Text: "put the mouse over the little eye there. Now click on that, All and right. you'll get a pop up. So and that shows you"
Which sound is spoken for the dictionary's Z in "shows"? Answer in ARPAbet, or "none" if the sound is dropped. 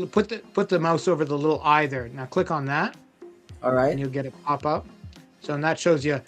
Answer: Z